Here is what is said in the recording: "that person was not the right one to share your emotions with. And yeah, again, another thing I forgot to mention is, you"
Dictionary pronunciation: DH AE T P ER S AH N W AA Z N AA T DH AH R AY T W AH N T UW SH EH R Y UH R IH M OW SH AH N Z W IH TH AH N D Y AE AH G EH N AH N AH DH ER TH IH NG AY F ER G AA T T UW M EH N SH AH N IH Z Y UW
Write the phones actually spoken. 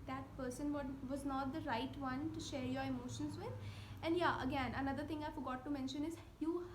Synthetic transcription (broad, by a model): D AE T P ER S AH N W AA Z N AA T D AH R AY T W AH N T UW SH EH R Y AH R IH M OW SH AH N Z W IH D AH N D Y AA AH G EH N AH N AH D ER T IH NG AY F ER G AA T T UW M EH N SH AH N IH Z Y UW